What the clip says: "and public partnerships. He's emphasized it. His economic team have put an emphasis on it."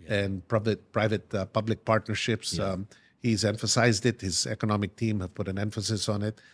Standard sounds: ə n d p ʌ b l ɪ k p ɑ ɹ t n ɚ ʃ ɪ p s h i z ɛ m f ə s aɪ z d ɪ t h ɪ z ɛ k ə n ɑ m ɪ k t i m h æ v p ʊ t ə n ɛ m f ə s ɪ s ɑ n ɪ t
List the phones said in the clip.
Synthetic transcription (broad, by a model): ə n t p ʌ b l ɪ k p ɑ ɹ t n ɚ ʃ ɪ p s h i z ɛ m f ə s aɪ z d ɪ t h ɪ z ɛ k ə n ɑ m ɪ k t i m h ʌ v p ʊ t ə n ɛ m f ə s ɪ s n ɪ t